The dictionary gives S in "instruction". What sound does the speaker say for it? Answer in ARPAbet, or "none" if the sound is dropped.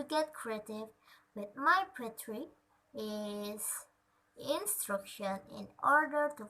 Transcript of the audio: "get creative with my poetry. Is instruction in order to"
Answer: S